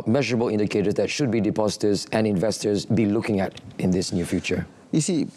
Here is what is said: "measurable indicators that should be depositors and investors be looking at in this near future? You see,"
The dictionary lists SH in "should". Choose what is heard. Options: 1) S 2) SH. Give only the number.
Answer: 2